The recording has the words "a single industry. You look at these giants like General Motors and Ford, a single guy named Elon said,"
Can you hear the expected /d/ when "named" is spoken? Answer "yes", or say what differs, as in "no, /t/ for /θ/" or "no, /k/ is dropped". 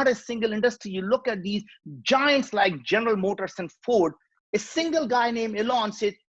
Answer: no, /d/ is dropped